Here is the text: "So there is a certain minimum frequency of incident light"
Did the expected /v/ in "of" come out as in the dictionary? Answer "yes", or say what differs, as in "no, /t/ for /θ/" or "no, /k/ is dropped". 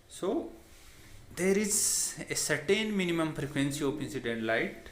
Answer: no, /p/ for /v/